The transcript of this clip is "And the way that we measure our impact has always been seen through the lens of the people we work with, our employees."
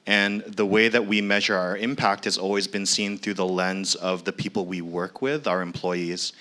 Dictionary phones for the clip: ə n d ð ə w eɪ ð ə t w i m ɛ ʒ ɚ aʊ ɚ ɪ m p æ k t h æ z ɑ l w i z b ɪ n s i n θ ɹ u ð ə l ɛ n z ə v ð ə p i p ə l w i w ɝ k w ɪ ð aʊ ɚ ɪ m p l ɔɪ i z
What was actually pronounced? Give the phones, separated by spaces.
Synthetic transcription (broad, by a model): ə n ð ə w eɪ ð ə t w i m ɛ ʒ ɚ aʊ ɚ ɪ m p æ k t h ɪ z ɑ l w i z b ɪ n s i n θ ɹ u ð ə l ɛ n z ə v ð ə p i p l w i w ɝ k w ɪ ð aʊ ɚ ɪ m p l ɔɪ i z